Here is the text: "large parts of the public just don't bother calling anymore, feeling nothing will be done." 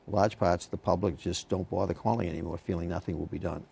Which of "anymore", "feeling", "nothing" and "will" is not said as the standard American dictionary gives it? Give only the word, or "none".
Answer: none